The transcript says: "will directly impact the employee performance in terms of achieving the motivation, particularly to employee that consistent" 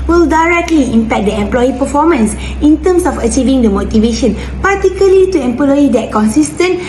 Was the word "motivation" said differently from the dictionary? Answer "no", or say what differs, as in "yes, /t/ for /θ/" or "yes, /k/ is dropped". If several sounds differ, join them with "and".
no